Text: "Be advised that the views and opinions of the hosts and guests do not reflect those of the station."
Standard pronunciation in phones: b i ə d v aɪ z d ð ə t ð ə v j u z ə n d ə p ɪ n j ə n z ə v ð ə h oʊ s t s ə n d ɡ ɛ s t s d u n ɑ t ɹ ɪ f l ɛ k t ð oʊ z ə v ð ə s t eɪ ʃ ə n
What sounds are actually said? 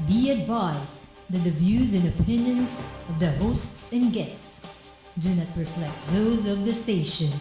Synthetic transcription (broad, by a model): b i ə d v aɪ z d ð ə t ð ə v j u z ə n ə p ɪ n j ə n z ə v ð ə h oʊ s t s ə n ɡ ɛ s t s d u n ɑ t ɹ ɪ f l ɛ k t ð oʊ z ə v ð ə s t eɪ ʃ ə n